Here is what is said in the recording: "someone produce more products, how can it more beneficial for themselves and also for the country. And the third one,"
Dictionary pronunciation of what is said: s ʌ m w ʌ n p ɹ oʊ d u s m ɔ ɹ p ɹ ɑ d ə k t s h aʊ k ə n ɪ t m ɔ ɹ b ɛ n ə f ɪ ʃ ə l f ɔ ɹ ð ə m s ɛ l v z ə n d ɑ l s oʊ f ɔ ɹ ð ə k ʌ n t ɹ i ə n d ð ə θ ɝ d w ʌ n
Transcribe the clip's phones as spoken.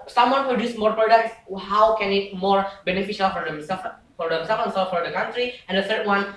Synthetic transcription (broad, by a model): s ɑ m w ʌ n p ɹ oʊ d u s m ɔ ɹ p ɹ ɑ d ə k t s h aʊ k ə n ɪ t m ɔ ɹ b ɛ n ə f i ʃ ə l f ɔ ɹ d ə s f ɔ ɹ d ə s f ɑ n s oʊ f ɔ ɹ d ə k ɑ n t ɹ i ə n d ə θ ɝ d w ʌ n